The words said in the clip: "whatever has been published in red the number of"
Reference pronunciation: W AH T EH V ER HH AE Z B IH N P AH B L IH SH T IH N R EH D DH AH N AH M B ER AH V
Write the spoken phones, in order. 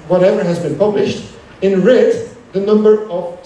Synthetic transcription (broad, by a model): W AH T EH V ER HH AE Z B IH N P AH B L IH SH T IH N R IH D DH AH N AH M B ER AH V